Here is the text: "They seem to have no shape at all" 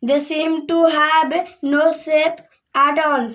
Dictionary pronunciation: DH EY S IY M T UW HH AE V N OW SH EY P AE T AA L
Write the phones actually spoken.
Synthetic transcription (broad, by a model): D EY S IY M T UW HH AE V N OW S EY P AE T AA L